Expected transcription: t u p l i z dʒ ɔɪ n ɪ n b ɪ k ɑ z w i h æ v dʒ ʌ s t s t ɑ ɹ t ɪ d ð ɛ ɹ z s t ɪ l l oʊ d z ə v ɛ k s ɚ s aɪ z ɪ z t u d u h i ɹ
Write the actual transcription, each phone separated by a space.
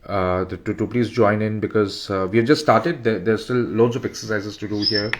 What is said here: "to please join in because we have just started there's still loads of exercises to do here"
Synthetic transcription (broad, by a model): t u p l i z dʒ ɔɪ n ɪ n b ɪ k ɑ z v i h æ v dʒ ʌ s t s t ɑ ɹ t ɪ d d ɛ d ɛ s t ɪ l l oʊ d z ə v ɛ k s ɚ s aɪ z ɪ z t u d u h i ɹ